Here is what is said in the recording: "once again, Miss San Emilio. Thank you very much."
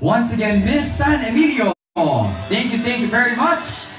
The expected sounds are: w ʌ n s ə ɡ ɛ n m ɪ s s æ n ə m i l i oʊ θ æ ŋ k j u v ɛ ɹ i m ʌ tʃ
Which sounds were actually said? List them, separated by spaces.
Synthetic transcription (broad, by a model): w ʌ n s ə ɡ ɛ n m ɪ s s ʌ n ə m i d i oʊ θ æ ŋ k j u v ɛ ɹ i m ʌ tʃ